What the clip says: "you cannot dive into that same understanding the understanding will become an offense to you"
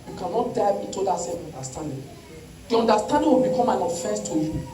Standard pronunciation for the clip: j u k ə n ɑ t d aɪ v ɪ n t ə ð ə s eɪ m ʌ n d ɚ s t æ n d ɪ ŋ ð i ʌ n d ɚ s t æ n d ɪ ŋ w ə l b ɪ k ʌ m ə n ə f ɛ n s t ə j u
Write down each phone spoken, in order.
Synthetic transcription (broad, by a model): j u k ə n ɑ t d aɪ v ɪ t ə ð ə s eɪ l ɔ n d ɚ s t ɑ n d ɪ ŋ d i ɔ n d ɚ s t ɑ n d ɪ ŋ w ə l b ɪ k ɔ m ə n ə f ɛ s t ə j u